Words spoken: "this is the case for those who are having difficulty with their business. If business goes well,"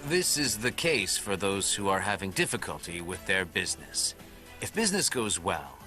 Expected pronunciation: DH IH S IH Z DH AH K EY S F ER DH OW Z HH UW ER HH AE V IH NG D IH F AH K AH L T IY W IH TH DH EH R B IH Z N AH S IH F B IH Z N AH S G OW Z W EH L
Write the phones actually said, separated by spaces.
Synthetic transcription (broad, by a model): DH IH S IH Z DH AH K EY S F ER DH OW Z HH UW ER HH AE V IH NG D IH F AH K AH L T IY W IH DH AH R B IH Z N AH S IH F B IH Z N AH S G OW Z W EH L